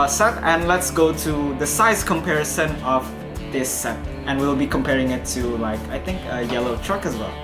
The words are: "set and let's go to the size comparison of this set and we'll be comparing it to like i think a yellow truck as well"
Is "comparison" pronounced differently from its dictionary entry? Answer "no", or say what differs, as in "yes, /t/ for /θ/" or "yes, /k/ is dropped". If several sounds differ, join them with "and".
no